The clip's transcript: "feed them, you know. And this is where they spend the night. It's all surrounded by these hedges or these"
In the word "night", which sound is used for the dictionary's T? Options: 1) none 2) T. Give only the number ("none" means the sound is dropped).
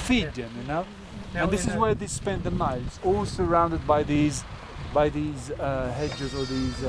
1